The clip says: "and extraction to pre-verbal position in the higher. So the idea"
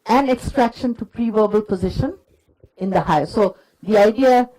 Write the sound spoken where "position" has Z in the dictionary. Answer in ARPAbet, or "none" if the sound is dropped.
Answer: Z